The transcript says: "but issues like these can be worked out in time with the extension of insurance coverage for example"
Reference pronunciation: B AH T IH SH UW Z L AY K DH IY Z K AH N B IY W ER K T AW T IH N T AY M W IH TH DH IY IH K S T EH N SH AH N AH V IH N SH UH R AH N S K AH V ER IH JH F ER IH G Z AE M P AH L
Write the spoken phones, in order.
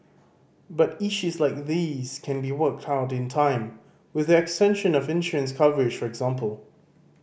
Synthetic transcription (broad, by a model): B AH T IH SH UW Z L AY K DH IY Z K AH N B IY W ER K T AW T IH N T AY M W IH DH IY IH K S T EH N SH AH N AH V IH N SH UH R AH N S K AH V ER IH JH F ER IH G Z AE M P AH L